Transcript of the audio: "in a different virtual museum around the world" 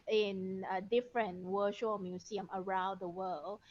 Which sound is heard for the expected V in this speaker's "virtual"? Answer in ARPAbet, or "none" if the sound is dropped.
W